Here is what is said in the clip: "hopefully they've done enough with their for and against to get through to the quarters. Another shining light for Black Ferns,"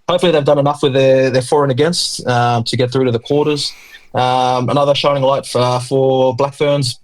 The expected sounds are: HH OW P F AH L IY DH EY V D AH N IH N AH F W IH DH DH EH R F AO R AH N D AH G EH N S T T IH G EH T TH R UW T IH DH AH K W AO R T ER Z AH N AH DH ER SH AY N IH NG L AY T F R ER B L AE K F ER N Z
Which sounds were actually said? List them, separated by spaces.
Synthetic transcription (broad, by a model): HH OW P F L IY DH EY V D AH N IH N AH F W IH DH DH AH R F AO R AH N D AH G EH N S T T IH G EH T TH R UW T IH DH AH K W AO R T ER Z AH N AH DH ER SH AY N IH NG L AY T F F ER B L AE K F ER N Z